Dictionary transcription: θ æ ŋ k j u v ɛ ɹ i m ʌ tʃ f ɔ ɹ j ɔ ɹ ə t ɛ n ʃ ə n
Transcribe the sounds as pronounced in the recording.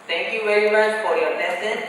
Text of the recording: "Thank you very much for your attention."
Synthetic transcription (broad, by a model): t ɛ ŋ k j u v ɛ ɹ i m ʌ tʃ f ɔ ɹ j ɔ l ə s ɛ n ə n